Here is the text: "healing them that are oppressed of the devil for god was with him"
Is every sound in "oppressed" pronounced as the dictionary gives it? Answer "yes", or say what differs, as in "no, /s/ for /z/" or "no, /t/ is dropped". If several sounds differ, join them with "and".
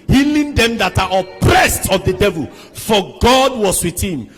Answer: yes